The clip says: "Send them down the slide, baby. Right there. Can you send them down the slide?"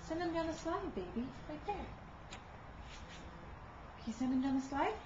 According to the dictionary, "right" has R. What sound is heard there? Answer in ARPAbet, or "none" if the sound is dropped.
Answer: L